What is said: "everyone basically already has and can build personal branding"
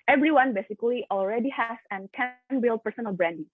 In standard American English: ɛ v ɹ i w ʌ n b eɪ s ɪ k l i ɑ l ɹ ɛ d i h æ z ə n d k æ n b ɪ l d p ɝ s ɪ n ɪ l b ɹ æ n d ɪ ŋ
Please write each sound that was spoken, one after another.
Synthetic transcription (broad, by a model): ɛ v ɹ i w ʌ n b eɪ s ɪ k l i ɑ l ɹ ɛ d i h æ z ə n k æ n b ɪ l d p ɝ s ɪ n ɪ l b ɹ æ n d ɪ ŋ